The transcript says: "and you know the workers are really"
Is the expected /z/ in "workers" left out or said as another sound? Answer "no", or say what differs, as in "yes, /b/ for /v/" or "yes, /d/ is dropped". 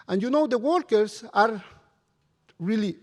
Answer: yes, /s/ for /z/